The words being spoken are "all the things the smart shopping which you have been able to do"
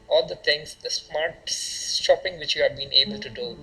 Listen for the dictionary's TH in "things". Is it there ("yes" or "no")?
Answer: no